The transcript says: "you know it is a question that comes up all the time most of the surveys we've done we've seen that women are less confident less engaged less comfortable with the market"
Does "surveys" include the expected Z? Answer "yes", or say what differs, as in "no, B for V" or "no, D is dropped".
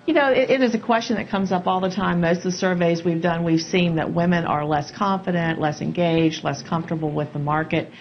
yes